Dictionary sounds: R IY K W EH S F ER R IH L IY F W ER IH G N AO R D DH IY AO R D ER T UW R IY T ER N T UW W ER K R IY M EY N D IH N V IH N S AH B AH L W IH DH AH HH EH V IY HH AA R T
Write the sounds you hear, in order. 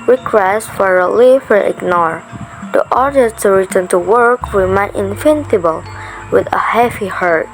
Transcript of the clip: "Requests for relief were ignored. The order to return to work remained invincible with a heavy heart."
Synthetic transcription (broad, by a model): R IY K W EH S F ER R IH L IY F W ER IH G N AO R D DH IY AO R D ER T UW R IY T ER N T UW W ER K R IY M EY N IH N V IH N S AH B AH L W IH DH AH HH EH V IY HH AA R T